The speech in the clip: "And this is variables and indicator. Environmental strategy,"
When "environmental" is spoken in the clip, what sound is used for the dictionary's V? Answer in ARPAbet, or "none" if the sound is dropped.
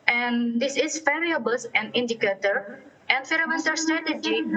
F